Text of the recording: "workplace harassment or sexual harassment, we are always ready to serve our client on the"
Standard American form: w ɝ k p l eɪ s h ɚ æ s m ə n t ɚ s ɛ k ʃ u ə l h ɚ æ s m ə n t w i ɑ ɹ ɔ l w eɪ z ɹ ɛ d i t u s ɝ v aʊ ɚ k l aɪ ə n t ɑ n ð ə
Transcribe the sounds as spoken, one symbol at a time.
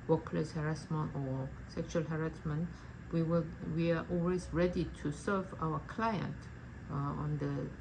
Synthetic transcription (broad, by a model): w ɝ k p l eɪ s h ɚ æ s m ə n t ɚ s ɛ k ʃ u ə l h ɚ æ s m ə n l w i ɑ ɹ ɔ l w eɪ z ɹ ɛ d i t u s ɝ v aʊ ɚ k l aɪ ə n t ɑ n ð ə